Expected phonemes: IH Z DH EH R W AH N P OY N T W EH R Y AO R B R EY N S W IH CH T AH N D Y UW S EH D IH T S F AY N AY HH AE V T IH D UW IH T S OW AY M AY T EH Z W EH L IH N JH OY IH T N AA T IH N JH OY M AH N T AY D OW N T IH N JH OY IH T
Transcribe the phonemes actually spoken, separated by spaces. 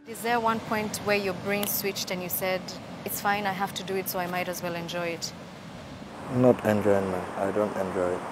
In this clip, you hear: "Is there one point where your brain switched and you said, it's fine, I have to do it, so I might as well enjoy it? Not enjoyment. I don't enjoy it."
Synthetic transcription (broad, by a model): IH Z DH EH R W AH N P OY N T W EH R Y AO R B R EY N S W IH CH T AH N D Y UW S EH D IH T S F AY N AY HH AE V T IH D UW IH T S OW AY M AY T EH Z W EH L IH N JH OY IH T N AA T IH N JH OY M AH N AY D OW N T IH N JH OY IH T